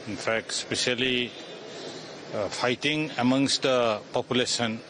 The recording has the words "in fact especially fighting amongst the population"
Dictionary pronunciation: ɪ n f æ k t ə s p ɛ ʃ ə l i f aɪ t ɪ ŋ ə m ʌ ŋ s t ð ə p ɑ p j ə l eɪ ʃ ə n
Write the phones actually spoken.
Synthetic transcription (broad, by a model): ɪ n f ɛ k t s p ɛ s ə l i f aɪ t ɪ ŋ ə m ʌ ŋ s t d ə p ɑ p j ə l eɪ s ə n